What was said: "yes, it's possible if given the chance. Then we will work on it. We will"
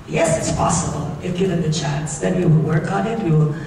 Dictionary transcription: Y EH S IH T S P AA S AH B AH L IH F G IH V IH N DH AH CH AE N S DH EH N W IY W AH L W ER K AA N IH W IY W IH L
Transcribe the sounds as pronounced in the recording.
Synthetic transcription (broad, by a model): Y EH S IH T S P AA S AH B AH L IH F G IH IH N DH AH CH AE N S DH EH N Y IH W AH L W ER K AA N IH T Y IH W